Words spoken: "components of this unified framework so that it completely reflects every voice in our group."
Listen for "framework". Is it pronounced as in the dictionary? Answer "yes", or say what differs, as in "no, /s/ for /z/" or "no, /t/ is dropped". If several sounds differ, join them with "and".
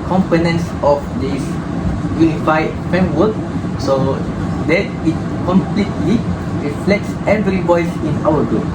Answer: no, /ɹ/ is dropped